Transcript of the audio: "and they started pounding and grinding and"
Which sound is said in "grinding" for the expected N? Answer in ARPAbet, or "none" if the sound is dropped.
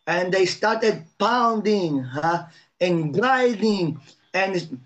none